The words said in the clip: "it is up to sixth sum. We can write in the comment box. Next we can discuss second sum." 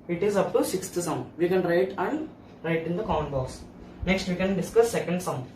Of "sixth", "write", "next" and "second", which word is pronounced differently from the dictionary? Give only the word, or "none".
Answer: sixth